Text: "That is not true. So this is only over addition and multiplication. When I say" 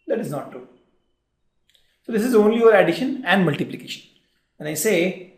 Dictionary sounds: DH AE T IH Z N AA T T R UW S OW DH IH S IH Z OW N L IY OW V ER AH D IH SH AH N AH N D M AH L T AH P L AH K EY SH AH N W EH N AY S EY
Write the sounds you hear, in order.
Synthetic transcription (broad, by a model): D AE T IH Z N AA T T R UW S OW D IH S IH Z OW N L IY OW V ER AH D IH SH AH N AH N D M AH L T AH P L AH K EY SH AH N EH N AY S EY